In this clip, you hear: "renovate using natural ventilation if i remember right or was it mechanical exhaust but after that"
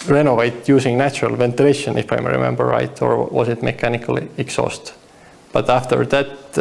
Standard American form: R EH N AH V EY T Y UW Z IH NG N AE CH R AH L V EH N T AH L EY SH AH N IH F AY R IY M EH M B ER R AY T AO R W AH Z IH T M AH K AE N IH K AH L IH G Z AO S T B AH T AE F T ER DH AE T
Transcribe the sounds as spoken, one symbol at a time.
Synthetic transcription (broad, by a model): R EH N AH V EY T Y UW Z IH NG N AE CH R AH L V EH N T AH L EY SH AH N IH F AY R IY M EH M B ER R AY T AO R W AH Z IH T M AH K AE N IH K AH L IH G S AO S T B AH T AE F T ER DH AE T